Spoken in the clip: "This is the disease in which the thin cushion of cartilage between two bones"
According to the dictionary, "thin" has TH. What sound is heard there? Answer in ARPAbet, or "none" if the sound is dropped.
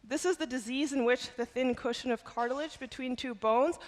TH